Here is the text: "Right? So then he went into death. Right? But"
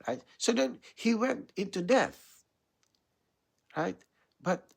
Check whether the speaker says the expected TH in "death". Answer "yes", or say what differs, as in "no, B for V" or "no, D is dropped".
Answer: yes